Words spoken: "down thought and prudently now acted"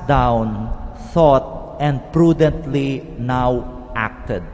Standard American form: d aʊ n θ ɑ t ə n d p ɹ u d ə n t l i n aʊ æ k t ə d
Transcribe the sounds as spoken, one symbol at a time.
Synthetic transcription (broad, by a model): d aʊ n s ɑ t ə n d p ɹ u d ə n t l i n aʊ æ k t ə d